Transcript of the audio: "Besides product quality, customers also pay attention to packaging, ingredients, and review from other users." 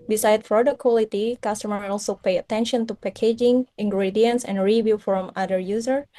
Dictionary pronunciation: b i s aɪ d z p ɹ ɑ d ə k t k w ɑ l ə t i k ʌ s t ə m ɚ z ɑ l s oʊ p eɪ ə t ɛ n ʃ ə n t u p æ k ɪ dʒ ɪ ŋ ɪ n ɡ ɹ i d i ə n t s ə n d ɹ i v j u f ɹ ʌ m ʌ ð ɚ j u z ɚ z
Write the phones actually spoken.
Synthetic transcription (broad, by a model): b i s aɪ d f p ɹ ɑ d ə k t k w ɑ l ə t i k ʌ s t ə m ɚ ɑ l s oʊ p eɪ ə t ɛ n ʃ ə n t u p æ k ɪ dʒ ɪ ŋ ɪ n ɡ ɹ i d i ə n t s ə n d ɹ i v j u f ɹ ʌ m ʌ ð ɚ j u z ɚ